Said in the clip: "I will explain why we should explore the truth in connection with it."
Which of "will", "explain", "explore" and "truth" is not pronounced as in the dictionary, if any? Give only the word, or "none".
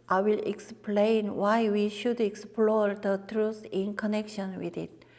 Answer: truth